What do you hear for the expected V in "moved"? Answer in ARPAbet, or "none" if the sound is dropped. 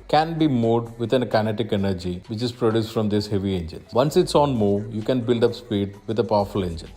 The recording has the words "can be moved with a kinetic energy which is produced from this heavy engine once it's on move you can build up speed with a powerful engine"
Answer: none